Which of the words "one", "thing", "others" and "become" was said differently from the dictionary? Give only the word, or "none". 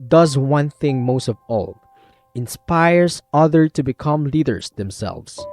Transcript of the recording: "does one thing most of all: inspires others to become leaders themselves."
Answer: others